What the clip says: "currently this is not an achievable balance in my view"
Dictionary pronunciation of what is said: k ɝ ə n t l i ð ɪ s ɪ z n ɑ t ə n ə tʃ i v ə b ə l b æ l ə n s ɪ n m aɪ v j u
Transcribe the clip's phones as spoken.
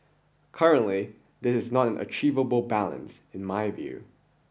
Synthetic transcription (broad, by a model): k ɝ ə n t l i ð ɪ s ɪ z n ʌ t ə n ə tʃ i v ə b l b æ l ə n s ɪ n m aɪ v j u